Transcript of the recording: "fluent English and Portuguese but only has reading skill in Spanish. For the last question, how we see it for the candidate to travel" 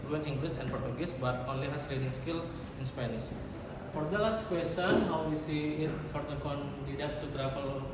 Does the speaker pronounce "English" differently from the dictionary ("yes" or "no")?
yes